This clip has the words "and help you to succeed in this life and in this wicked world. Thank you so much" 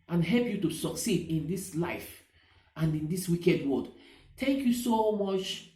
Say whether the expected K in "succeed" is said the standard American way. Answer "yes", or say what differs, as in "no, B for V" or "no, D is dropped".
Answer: yes